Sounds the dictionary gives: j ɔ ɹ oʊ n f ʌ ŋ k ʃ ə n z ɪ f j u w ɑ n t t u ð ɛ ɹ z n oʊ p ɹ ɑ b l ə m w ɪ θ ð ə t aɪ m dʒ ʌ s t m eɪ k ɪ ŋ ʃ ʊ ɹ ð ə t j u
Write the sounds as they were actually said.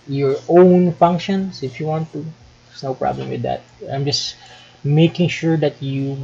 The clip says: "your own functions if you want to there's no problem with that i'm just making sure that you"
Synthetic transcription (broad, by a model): j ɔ ɹ oʊ n f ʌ ŋ k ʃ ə n s ɪ f j u w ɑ n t t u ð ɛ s n oʊ p ɹ ɑ b l ə m w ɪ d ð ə t aɪ m dʒ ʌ s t m eɪ k ɪ ŋ ʃ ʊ ɹ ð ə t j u